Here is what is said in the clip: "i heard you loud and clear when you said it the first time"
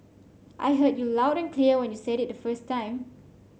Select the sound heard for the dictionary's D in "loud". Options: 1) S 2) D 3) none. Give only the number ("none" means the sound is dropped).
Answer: 2